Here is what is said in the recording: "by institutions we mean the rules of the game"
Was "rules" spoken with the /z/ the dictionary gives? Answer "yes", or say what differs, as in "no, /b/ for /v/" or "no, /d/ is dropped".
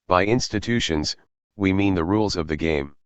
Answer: yes